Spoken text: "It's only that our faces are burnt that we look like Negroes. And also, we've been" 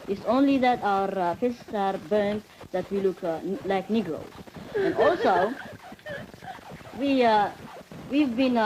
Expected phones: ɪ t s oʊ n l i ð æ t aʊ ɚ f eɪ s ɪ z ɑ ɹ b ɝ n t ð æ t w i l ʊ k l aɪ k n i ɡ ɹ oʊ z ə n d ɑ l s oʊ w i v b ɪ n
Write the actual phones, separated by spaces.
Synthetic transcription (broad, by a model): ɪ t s oʊ n l i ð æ t aʊ ɚ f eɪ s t s ɑ ɹ b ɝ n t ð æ t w i l ʊ k l aɪ k n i ɡ ɹ oʊ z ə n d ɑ l s oʊ w i v b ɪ n